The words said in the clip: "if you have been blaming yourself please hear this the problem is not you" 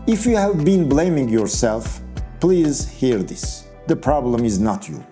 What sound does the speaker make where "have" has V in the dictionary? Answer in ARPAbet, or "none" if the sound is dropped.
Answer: V